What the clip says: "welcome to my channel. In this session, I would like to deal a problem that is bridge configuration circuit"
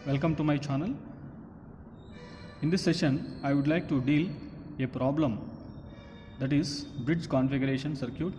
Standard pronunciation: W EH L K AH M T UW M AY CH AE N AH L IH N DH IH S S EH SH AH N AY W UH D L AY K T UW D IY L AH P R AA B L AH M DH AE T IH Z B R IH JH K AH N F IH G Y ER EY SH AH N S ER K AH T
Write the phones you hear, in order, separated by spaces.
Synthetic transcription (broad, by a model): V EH L K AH M T UW M AY CH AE N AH L IH N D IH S S EH SH AH N AY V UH D L AY K T UW D IY L AH P R AA B L AH M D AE T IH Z B R IH JH K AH N F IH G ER EY SH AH N S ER K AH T